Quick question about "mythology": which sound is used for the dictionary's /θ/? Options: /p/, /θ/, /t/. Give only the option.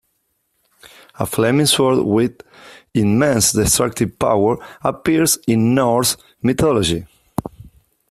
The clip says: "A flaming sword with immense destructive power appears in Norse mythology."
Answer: /t/